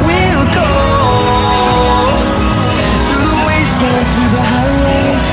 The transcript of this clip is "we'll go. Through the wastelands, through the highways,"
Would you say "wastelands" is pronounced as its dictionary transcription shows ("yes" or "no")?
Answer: no